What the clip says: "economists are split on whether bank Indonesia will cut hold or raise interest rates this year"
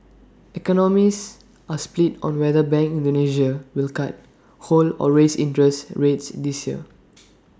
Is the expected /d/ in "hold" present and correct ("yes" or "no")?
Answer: no